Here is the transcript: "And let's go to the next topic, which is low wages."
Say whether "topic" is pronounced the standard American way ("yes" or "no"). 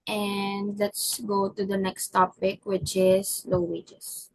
yes